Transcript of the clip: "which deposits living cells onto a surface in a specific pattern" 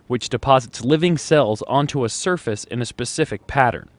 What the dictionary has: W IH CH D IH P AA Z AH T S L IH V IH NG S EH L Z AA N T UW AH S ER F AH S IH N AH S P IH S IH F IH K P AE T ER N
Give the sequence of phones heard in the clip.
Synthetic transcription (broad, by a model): W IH CH D IH P AA Z AH T S L IH V IH NG S EH L Z AA N T UW AH S ER F AH S IH N AH S P IH S IH F IH K P AE T ER N